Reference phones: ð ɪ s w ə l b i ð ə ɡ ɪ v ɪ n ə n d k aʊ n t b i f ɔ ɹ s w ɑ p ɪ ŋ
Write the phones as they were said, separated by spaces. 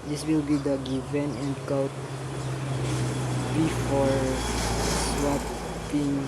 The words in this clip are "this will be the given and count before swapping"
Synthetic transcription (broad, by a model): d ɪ s w ə l b i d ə ɡ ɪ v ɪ n ə n d k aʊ t b i f ɔ ɹ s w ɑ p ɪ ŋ